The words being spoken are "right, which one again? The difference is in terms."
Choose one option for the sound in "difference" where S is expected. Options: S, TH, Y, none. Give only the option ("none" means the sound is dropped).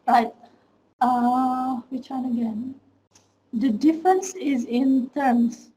S